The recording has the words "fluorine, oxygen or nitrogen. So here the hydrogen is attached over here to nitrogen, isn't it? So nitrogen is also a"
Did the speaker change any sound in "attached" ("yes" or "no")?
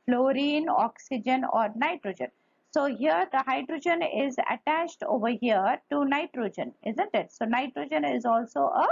no